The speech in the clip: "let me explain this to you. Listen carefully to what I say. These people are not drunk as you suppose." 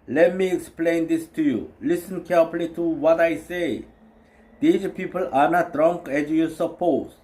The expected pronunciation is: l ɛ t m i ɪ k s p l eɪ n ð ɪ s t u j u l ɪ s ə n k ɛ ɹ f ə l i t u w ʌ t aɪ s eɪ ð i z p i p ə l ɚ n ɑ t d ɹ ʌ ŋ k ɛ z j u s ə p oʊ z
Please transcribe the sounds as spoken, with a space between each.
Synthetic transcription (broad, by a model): l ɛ t m i ɪ k s p l eɪ n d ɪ s t u j u l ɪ s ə n k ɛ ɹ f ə l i t u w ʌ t aɪ s eɪ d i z p i p ə l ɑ n ɑ t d ɹ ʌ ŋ k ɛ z j u s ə p oʊ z